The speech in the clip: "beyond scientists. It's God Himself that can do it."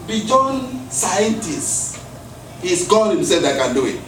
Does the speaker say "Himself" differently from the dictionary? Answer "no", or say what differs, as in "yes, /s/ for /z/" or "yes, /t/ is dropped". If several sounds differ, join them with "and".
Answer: yes, /m/ is dropped